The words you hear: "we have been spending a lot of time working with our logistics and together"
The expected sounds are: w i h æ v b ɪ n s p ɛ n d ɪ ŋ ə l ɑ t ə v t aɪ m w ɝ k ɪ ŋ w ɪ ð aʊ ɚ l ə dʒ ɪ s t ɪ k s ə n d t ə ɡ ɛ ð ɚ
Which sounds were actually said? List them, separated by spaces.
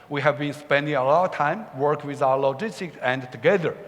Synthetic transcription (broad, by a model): w i h æ v b ɪ n s p ɛ n d ɪ ŋ ə l ɑ t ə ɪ m w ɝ k w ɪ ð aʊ ɚ l ə dʒ ɪ s t ɪ k s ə n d t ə ɡ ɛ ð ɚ